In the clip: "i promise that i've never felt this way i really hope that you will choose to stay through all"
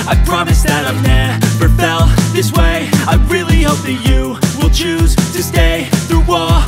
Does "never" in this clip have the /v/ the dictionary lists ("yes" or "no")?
no